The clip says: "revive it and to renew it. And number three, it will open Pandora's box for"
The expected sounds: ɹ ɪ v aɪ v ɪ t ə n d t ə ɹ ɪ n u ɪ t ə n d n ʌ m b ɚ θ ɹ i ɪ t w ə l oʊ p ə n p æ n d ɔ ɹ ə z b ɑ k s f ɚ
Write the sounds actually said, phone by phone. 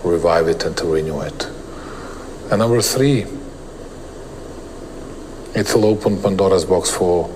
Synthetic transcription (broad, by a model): ɹ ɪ v aɪ v ɪ t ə n t ə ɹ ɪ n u ɪ t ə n n ʌ m b ɚ θ ɹ i ɪ t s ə l oʊ p ə n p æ n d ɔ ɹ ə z b ɑ k s f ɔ